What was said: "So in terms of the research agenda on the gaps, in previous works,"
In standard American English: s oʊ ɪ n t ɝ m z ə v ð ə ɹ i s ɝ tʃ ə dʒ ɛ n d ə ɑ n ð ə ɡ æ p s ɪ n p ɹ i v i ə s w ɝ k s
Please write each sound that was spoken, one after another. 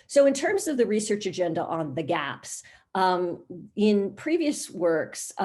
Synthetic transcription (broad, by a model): s oʊ ɪ n t ɝ m z ə v ð ə ɹ i s ɝ tʃ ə dʒ ɛ n d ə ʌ n ð ə ɡ æ p s ɪ n p ɹ i v i ə s w ɝ k s